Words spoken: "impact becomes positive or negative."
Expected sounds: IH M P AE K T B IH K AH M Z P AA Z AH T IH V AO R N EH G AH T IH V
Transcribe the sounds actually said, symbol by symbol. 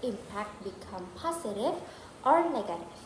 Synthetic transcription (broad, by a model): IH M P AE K T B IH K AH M P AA S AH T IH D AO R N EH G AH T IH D